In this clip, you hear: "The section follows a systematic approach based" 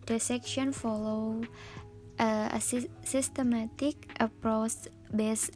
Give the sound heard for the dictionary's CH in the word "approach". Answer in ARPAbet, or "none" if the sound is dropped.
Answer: S